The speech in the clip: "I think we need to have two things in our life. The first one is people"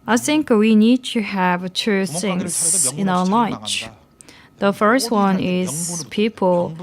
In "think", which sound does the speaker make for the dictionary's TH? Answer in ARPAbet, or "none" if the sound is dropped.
TH